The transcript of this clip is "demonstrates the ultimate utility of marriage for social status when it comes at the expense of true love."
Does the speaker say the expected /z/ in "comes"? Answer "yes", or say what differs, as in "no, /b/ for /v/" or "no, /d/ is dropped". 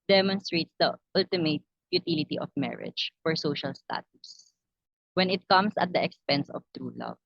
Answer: no, /s/ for /z/